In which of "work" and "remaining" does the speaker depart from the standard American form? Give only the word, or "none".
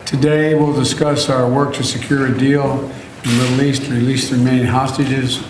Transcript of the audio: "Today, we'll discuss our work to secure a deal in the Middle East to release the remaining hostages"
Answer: remaining